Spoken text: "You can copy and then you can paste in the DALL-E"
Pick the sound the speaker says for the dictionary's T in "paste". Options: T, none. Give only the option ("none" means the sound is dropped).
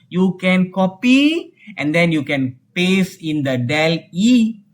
none